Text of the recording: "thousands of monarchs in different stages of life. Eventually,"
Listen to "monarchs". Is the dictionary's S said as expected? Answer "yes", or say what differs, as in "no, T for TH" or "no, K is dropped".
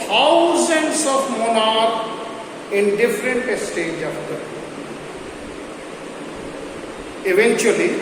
no, S is dropped